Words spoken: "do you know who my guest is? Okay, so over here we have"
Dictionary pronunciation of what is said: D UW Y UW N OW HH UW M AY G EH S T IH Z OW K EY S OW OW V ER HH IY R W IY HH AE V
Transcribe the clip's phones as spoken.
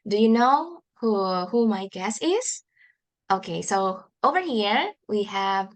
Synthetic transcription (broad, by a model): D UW Y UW N OW HH UW M AY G EH S IH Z OW K EY S OW OW V ER HH IY R W IY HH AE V